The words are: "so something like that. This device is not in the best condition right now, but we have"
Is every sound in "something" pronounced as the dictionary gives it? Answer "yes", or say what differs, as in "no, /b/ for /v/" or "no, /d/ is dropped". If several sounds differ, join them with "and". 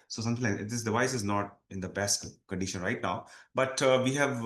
no, /t/ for /θ/